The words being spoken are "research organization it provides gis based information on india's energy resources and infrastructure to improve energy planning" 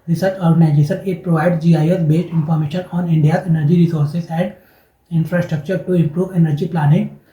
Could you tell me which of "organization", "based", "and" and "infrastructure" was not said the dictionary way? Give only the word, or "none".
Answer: organization